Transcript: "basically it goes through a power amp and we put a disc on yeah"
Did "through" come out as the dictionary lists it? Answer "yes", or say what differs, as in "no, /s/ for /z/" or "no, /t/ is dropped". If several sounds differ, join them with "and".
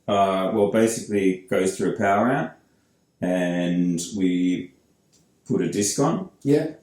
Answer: yes